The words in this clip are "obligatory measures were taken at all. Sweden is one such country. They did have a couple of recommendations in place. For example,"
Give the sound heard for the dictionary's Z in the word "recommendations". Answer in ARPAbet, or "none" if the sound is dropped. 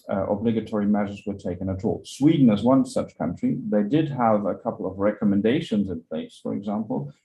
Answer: Z